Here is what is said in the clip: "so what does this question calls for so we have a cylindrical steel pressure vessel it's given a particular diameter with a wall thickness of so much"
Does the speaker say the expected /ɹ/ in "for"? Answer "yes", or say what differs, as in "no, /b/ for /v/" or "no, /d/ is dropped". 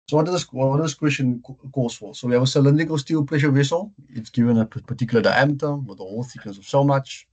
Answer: no, /l/ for /ɹ/